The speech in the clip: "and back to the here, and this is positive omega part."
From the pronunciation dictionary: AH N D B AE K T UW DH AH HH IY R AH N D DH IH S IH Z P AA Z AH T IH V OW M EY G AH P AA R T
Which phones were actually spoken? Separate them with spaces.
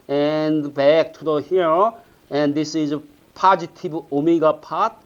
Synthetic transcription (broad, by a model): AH N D B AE K T UW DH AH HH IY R AH N D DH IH S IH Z P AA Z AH T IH B OW M EY G AH P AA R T